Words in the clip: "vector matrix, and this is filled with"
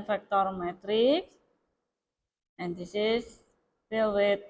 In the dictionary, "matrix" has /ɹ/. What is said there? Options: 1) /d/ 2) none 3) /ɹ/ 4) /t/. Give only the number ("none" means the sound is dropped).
3